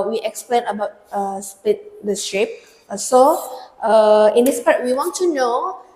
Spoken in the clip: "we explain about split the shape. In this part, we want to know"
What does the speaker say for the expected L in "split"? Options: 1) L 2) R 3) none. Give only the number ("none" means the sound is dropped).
3